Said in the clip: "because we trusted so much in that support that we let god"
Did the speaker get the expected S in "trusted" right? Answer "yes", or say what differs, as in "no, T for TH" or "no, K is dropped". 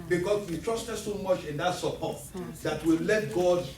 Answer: yes